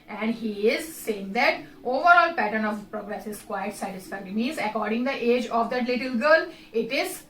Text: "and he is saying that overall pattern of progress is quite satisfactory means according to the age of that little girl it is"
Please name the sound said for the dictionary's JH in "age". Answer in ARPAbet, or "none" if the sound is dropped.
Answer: JH